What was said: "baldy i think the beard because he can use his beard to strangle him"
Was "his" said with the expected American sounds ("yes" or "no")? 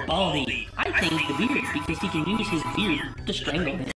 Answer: yes